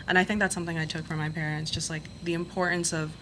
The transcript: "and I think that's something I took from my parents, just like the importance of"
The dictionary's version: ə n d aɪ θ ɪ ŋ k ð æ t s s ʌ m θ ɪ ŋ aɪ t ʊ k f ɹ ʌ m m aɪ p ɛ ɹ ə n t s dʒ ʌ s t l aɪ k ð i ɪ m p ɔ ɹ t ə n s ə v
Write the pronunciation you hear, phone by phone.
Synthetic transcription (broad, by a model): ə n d aɪ θ ɪ ŋ k ð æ t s s ʌ m θ ɪ ŋ aɪ t ʊ k f ɹ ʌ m m aɪ p ɛ ɹ ə n t s ʒ ʌ s t l aɪ k ð i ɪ m p ɔ ɹ t n s ə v